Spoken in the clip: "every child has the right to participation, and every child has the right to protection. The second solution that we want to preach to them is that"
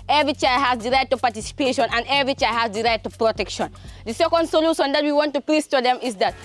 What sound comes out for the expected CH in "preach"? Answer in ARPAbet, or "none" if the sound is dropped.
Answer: S